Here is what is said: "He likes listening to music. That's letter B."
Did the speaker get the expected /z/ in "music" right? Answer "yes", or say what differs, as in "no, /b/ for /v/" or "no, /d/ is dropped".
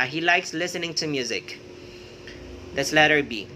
yes